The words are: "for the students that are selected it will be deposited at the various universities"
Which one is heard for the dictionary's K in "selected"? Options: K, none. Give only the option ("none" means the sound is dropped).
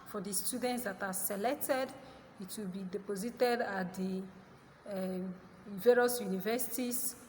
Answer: K